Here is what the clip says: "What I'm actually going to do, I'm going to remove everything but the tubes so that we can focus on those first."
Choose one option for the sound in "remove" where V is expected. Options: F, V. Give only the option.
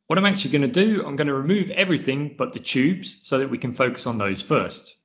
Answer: V